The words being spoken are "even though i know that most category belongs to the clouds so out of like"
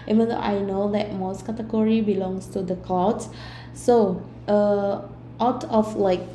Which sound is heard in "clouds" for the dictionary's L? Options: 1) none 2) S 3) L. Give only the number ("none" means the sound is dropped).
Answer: 1